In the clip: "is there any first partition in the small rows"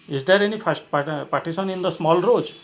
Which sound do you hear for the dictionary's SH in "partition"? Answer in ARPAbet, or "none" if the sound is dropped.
S